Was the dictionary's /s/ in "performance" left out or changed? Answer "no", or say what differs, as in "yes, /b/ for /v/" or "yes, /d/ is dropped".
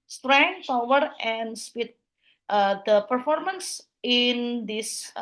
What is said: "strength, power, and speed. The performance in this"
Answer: no